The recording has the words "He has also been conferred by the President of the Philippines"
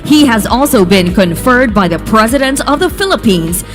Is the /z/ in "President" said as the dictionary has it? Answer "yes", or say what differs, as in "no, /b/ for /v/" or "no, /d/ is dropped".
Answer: yes